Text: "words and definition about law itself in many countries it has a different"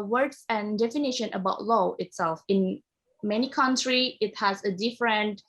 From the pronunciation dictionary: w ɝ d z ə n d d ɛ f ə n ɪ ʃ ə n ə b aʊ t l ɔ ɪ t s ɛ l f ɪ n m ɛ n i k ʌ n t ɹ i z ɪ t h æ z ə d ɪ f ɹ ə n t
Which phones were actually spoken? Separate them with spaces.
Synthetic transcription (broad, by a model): w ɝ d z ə n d d ɛ f ə n ɪ ʃ ə n ə b aʊ t l ɔ ɪ t s ɛ l f ɪ n m ɛ n i k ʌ n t ɹ i ɪ t h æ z ə d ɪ f ɹ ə n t